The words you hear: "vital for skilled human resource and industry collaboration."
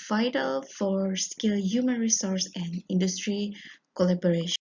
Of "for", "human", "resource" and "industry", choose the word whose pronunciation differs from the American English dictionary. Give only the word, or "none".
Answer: none